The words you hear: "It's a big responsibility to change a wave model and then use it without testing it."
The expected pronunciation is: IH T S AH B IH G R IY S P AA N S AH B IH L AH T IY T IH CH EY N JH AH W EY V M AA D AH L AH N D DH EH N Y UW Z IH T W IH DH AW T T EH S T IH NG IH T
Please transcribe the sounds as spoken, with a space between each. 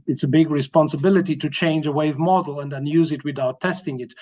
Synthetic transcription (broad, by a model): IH T S AH B IH G R IY S P AA N S AH B IH L AH T IY T IH CH EY N JH AH W EY V M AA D L AH N D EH N Y UW Z IH T W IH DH AW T T EH S T IH NG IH T